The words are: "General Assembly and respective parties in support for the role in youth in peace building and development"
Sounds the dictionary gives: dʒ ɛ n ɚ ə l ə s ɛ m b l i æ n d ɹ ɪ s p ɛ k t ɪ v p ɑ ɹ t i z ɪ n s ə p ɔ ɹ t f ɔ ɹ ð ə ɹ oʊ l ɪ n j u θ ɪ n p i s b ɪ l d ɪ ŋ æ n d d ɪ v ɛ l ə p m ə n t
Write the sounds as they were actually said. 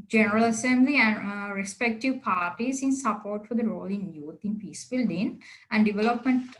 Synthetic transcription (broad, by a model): dʒ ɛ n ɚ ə l ə s ɛ m b l i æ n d ɹ ɪ s p ɛ k t ɪ v p ɑ ɹ t i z ɪ n s ə p ɔ ɹ t f ɔ ɹ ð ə ɹ oʊ l ɪ n j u t ɪ n p i s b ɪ l d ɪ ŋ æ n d d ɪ v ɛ l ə p m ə n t